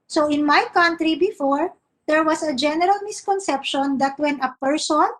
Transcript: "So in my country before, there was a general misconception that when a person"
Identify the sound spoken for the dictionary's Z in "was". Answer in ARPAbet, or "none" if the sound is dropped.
S